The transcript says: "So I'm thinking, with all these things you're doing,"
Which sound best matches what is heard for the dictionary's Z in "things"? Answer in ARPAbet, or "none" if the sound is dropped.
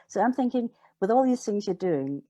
Z